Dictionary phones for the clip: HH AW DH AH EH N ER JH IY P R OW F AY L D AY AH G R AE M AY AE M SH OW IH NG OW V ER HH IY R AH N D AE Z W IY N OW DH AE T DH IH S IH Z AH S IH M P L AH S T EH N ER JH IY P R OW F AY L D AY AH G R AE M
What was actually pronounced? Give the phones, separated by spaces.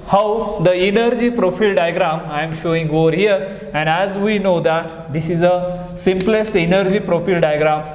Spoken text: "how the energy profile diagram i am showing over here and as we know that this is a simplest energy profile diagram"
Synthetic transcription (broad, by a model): HH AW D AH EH N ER JH IY P R OW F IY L D AY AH G R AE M AY M SH OW IH NG OW V ER HH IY R AH N D AE Z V IY N OW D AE T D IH S IH Z AH S IH M P L AH S T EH N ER JH IY P R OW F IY L D AY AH G R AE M